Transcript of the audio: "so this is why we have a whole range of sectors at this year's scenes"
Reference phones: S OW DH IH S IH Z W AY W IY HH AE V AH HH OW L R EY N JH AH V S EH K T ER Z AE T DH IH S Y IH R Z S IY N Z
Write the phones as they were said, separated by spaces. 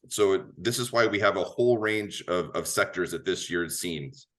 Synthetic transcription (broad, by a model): S OW DH IH S IH Z W AY W IY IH V AH HH OW L R EY N JH AH V S EH K T ER Z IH T DH IH S Y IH R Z S IY N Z